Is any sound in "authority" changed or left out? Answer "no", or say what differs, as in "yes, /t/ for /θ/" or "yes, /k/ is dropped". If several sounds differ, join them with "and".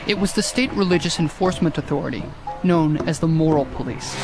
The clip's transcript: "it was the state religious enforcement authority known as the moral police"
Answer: no